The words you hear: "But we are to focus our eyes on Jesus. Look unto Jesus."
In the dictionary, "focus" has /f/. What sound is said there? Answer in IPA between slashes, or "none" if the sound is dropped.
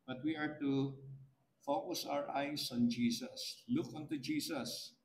/f/